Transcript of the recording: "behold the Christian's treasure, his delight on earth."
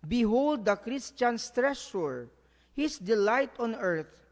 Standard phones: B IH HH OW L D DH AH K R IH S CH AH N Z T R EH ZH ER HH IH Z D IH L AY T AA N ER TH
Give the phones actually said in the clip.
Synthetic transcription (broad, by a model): B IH HH OW L D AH K R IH S CH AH N S T R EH S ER HH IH S D IH L AY T AA N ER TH